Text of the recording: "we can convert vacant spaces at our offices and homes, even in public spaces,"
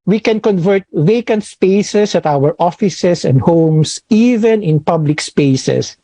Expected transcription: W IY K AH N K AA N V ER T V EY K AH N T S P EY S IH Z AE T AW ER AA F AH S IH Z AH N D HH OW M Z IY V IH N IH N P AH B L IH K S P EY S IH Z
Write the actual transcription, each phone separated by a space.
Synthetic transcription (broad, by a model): W IY K AH N K AA N V ER T V EY K AH N T S P EY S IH S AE T AW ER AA F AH S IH S AH N D HH OW M S IY V IH N IH N P AH B L IH K S P EY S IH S